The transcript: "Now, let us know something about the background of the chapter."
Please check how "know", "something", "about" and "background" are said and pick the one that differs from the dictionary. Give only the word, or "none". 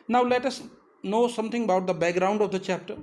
something